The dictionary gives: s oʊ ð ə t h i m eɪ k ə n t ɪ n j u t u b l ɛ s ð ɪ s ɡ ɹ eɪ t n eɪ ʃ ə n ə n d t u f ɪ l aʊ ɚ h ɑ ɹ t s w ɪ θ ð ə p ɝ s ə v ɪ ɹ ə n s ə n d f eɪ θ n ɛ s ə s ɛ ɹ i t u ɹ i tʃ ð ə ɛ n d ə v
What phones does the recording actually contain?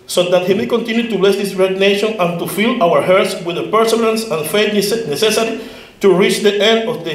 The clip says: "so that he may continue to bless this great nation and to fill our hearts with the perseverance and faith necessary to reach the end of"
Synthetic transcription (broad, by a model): s oʊ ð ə t h i m eɪ k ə n t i n j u t u b l ɛ s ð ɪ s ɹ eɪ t n eɪ ʃ ə n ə n t u f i l aʊ ɚ h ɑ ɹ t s w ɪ ð ə p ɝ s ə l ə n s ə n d f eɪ s n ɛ s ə s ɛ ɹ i t u ɹ i tʃ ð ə ɛ n d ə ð